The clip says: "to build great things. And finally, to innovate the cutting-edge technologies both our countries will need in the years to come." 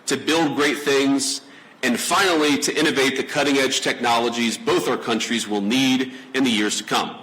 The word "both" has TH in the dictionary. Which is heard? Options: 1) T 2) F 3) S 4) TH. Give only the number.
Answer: 4